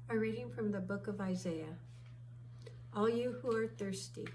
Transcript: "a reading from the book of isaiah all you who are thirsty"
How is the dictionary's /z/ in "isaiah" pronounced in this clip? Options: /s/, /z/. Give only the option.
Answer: /z/